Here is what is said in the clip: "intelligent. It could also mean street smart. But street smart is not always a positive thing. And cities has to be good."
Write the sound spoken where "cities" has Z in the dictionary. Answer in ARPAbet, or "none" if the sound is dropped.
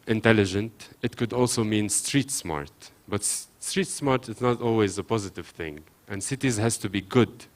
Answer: Z